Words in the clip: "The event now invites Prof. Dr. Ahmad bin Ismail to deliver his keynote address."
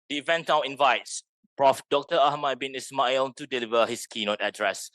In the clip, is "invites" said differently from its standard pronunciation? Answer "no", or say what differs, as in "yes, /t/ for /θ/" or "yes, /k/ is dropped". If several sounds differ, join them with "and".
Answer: no